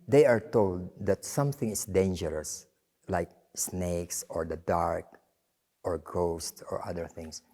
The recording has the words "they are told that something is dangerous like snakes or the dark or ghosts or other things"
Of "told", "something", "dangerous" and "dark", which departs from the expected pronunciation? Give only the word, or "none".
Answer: none